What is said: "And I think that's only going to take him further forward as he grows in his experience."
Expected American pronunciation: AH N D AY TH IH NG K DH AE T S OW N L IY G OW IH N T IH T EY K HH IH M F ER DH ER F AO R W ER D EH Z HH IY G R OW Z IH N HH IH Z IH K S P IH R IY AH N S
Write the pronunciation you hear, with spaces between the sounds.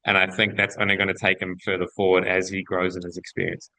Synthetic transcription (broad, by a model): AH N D AY TH IH NG K DH AE T S OW N L IY G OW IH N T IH T EY K HH IH M F ER DH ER F AO R W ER D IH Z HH IY G R OW Z IH N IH Z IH K S P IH R IY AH N S